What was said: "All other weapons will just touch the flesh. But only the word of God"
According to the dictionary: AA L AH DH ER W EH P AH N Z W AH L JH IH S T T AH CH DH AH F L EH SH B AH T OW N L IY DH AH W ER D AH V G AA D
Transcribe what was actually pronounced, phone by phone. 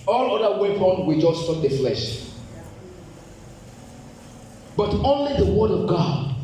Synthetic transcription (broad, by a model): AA L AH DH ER W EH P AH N W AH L JH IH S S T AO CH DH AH F L EH SH B AH T OW N L IY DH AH W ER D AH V G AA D